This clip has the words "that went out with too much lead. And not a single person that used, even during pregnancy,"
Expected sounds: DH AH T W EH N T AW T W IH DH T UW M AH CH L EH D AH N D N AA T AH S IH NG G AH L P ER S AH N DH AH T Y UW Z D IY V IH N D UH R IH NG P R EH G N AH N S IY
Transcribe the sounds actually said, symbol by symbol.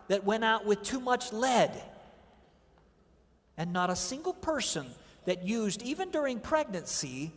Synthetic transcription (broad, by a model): DH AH T W EH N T AW T W IH DH T UW M AH CH L EH D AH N N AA T AH S IH NG G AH L P ER S AH N DH AH T Y UW Z D IY V IH N D UH R IH NG P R EH G N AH N S IY